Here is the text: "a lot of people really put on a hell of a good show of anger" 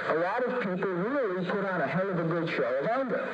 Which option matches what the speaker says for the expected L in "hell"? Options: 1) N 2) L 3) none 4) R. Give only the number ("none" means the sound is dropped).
1